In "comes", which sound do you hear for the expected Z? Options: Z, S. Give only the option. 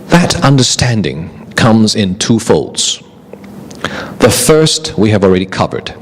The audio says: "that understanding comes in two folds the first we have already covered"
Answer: Z